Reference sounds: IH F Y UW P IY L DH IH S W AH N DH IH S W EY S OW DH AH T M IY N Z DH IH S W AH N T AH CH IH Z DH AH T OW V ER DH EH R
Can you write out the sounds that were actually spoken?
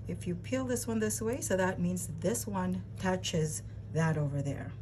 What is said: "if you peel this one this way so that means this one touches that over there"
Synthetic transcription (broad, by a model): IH F Y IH P IY L DH IH S W AH N DH IH S W EY S OW DH AH T M IY N Z DH IH S W AH N T AH CH IH Z DH AH T OW V ER DH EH R